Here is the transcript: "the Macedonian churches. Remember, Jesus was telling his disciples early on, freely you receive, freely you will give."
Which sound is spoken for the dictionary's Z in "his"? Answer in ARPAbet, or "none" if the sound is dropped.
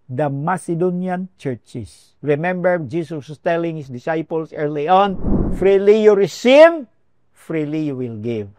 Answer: S